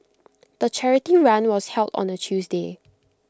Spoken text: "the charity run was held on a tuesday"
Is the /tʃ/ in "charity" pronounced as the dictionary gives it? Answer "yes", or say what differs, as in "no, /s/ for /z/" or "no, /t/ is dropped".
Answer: yes